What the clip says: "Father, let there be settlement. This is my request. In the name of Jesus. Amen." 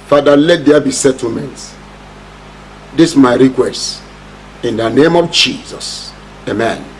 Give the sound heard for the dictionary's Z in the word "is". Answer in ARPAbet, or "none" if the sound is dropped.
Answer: S